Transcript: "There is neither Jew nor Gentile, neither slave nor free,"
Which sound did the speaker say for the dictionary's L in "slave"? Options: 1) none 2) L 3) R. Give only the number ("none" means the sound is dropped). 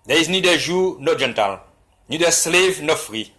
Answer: 2